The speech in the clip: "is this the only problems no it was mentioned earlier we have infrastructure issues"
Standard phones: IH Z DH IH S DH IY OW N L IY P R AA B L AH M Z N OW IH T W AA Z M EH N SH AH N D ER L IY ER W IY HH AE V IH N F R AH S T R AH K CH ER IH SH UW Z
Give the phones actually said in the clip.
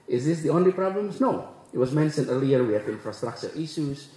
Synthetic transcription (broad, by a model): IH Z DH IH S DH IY OW N L IY P R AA B L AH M N OW IH T W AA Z M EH N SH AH N ER L IY ER W IY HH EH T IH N F R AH S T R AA K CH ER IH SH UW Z